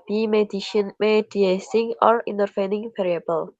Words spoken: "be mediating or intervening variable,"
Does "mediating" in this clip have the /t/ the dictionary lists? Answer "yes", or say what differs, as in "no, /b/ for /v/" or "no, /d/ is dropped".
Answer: no, /s/ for /t/